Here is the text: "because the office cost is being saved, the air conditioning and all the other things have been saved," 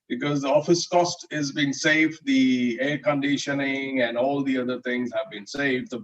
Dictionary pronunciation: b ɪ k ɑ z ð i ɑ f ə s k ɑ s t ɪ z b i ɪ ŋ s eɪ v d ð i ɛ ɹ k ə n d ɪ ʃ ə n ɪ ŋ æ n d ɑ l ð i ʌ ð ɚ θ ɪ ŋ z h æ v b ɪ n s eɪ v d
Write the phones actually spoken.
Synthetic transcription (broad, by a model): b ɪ k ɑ z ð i ɑ f ə s k ɑ s t ɪ z b i ɪ ŋ s eɪ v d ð i ɛ ɹ k ə n d ɪ ʃ ə n ɪ ŋ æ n d ɑ l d i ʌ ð ɚ t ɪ ŋ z h æ v b ɪ n s eɪ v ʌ